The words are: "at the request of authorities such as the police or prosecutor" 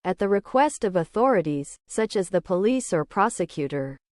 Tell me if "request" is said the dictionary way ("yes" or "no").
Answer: yes